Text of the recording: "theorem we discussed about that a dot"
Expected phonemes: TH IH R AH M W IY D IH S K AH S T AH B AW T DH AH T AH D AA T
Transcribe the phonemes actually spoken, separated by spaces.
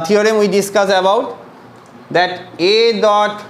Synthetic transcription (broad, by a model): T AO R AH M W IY D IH S K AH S AH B AW T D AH T AH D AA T